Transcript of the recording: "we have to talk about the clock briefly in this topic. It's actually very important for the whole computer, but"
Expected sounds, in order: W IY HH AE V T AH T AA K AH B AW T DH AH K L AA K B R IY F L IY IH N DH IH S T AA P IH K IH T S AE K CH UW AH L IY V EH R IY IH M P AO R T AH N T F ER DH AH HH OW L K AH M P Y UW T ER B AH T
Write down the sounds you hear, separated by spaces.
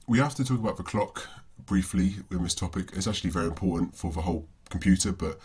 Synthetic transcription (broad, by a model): W IY HH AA F T AH T AA K AH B AW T DH AH K L AA K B R IY F L IY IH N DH IH S T AA P IH K IH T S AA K CH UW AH L IY V EH R IY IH M P AO T N T F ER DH AH HH OW L K AH M P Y UW T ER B AH T